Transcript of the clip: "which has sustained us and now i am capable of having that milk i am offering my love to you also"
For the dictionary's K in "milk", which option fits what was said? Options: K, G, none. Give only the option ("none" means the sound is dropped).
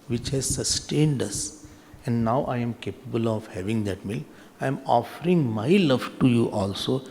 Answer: none